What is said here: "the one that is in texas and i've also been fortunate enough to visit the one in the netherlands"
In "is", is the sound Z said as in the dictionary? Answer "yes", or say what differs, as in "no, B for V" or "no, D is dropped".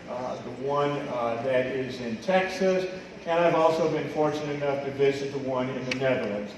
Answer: yes